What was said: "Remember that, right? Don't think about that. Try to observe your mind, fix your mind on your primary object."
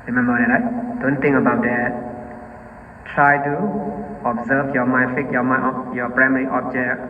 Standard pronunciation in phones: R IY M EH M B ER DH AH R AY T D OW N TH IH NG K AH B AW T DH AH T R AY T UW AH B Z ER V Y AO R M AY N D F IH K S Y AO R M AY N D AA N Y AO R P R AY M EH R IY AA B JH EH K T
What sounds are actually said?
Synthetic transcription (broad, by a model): R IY M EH M B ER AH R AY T D OW N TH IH NG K AH B AW T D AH T R AY T UW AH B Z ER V Y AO M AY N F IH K Y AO M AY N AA Y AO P R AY M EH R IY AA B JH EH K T